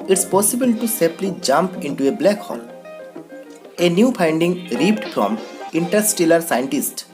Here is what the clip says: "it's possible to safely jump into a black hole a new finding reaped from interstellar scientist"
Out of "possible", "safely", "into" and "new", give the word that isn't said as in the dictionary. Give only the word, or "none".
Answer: safely